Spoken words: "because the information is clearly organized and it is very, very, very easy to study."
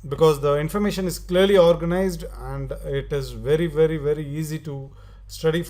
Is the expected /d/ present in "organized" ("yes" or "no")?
yes